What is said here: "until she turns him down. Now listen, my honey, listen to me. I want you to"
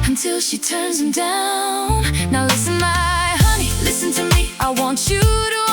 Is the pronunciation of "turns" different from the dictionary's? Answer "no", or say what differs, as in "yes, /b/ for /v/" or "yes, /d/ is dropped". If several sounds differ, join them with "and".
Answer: no